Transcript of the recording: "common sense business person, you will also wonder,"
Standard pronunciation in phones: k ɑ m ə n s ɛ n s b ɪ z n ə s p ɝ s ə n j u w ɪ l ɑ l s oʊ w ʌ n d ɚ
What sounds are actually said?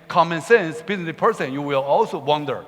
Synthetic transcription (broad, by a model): k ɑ m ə n s ɛ n s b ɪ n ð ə p ɝ s ə n j u w ɪ l ɑ l s oʊ w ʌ n d ɚ